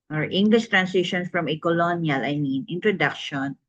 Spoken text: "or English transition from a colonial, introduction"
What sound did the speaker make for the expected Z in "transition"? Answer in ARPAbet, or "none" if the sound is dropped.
S